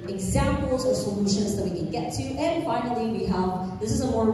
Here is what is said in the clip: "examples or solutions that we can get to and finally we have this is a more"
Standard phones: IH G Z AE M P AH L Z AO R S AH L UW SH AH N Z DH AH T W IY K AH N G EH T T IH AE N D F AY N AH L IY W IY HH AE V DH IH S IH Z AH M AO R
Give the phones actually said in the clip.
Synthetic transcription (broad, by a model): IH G Z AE M P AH L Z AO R S AH L UW SH AH N Z DH AH T W IY K AH N G EH T T IH N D F AY N AH L IY W IY HH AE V DH IH S IH Z AH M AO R